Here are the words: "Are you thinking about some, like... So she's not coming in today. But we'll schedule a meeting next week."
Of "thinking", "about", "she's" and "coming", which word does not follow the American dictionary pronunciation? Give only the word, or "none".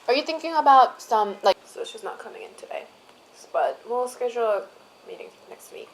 she's